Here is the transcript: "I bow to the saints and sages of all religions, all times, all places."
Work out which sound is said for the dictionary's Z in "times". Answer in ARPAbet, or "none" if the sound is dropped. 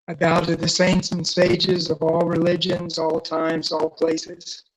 Z